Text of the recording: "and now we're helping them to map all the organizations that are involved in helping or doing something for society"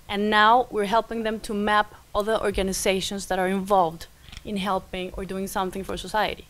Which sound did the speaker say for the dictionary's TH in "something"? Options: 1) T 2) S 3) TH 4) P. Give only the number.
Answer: 3